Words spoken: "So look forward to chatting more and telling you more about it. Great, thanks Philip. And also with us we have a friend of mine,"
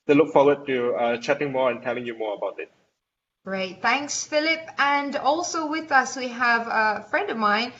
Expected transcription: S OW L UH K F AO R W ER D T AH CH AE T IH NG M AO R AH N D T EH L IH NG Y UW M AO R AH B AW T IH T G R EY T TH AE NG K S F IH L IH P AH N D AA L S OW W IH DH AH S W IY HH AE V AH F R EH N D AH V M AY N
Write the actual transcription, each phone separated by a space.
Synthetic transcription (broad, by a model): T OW L UH K F AO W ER D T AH CH AE T IH NG M AO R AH N T EH L IH NG Y UW M AO R AH B AW T IH T G R EY T TH AE NG K S F IH L IH P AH N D AA L S OW W IH DH AH S W IY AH V AH F R EH N D AH V M AY N